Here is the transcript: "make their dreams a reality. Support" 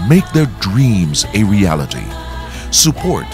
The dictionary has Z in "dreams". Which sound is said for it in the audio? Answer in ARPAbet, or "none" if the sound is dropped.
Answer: Z